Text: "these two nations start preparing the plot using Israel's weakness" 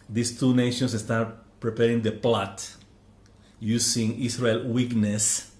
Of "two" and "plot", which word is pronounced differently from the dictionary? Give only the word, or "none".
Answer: none